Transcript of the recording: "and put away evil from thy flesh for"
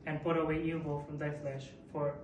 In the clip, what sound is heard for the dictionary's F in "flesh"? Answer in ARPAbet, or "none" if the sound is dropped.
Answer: F